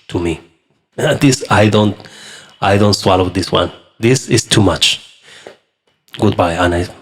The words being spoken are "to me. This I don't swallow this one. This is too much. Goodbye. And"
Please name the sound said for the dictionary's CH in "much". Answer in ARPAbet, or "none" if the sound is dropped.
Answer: CH